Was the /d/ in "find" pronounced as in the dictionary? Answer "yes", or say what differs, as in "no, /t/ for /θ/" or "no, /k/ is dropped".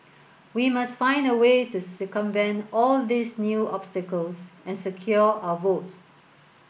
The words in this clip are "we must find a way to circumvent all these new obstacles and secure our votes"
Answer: yes